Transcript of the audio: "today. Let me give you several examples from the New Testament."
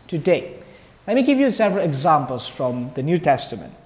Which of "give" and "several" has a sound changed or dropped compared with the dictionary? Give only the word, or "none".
none